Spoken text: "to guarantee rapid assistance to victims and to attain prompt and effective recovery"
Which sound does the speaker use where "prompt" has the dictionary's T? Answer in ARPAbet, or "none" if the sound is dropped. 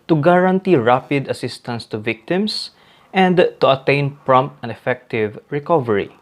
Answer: T